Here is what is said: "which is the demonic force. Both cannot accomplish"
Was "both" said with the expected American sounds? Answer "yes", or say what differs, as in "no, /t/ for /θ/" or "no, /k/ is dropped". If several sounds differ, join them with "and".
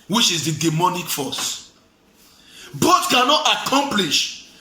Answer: no, /t/ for /θ/